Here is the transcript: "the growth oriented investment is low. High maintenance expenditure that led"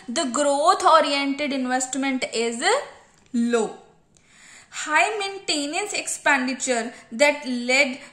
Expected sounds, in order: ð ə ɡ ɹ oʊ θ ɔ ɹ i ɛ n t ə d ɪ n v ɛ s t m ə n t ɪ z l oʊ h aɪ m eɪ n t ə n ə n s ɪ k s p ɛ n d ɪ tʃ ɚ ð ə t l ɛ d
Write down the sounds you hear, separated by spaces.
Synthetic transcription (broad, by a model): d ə ɡ ɹ oʊ t ɔ ɹ i ɛ n t ə d ɪ n v ɛ s t m ə n t ɪ z l oʊ h aɪ m eɪ n t ə n ə n s ɪ k s p ɛ n d ɪ tʃ ɚ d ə t l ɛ d